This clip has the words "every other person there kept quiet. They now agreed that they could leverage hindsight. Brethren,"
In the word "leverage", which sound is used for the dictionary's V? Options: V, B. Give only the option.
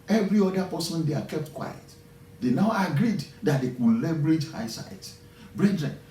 B